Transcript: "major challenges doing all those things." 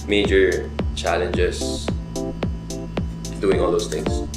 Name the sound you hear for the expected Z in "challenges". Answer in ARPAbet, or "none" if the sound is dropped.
S